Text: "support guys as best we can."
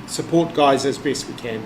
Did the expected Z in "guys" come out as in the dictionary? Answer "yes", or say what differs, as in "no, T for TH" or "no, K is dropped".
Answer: yes